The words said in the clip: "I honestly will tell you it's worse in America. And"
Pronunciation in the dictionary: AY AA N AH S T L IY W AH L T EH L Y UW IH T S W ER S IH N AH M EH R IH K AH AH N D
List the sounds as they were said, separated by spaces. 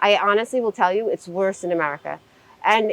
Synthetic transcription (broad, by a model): AY AA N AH S T L IY W AH L T EH L Y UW IH T S W ER S IH N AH M EH R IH K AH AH N